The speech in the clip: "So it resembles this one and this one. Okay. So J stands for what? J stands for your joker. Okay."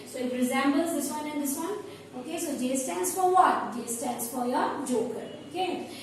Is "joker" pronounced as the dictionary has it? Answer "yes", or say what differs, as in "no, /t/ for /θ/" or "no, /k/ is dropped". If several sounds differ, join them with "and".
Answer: yes